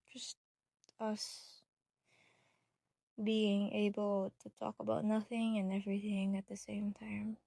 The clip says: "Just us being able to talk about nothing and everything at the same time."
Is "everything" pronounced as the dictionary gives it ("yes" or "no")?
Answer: yes